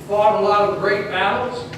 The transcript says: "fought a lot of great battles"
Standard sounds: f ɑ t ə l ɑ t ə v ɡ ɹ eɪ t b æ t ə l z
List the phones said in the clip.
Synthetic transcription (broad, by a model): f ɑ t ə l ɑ ə ɡ ɹ eɪ t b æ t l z